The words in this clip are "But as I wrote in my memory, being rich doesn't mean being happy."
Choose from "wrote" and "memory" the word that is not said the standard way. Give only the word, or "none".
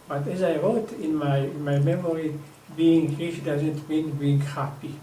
wrote